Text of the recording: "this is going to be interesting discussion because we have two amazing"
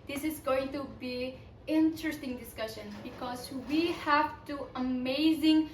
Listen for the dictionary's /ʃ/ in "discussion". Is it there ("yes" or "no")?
yes